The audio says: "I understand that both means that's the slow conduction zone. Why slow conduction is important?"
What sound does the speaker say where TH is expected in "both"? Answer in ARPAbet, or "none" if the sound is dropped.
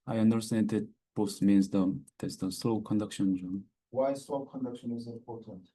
S